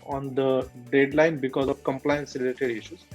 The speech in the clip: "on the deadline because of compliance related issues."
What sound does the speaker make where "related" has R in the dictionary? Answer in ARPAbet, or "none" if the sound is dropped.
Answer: L